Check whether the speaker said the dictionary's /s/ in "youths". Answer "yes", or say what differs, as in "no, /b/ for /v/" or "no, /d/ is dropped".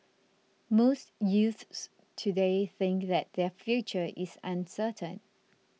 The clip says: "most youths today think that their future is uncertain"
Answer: yes